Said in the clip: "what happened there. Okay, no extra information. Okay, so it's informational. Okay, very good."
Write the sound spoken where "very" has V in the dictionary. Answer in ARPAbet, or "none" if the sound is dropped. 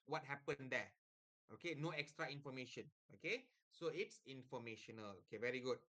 V